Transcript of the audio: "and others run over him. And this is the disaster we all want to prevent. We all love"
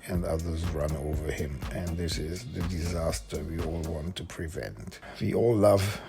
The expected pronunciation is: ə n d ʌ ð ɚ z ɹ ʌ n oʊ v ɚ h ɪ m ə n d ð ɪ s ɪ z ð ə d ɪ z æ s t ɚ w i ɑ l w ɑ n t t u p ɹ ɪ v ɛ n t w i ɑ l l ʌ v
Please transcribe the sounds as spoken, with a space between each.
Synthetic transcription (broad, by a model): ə n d ʌ ð ɚ z ɹ ʌ n oʊ v ɚ h ɪ m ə n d ð ɪ s ɪ z ð ə d ɪ z æ s t ɚ w i ɑ l w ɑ n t t u p ɹ ɪ v ɛ n t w i ɑ l l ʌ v